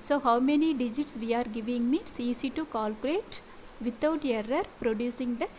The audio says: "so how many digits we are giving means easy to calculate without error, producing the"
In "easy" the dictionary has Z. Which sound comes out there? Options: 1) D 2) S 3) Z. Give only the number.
2